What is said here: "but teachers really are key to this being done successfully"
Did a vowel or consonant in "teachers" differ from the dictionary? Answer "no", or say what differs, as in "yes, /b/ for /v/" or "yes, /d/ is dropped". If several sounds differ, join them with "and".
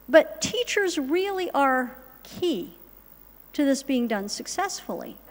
no